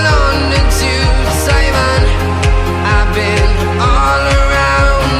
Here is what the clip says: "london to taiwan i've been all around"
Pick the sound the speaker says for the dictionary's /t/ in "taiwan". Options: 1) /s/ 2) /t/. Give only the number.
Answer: 1